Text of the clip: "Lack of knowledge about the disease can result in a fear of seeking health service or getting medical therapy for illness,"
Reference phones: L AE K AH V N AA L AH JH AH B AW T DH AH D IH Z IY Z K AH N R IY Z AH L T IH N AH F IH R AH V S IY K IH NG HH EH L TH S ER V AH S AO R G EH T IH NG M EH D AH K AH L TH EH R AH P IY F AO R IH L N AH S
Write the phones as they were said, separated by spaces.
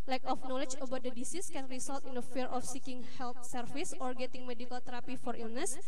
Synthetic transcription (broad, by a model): L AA K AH F N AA L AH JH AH B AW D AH D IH S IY S K AH N R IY S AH L T IH N AH F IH R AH F S IY K IH NG HH EH L T S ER F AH S AO R G EH T IH NG M EH D AH K AH L T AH R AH P IY F AO R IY L N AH S